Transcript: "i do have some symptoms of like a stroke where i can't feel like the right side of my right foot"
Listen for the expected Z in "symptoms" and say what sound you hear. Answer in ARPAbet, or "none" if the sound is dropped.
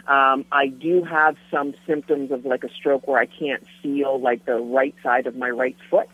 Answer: Z